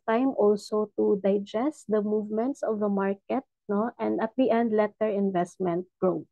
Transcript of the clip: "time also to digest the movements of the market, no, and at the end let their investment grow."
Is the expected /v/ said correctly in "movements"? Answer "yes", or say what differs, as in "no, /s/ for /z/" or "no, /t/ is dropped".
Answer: yes